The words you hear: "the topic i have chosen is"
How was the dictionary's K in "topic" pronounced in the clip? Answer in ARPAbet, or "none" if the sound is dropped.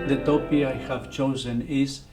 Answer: none